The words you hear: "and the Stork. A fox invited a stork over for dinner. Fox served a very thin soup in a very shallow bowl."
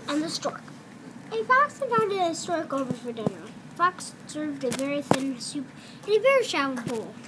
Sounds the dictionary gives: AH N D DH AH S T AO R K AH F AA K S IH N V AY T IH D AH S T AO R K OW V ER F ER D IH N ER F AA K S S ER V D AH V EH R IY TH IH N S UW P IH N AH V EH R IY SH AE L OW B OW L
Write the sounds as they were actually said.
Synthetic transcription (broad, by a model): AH N DH AH S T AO R K AH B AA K S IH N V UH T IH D AH S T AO R K OW V ER F ER D IH N ER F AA K S S ER V D AH V EH R IY TH IH N S UW P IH V EH R IY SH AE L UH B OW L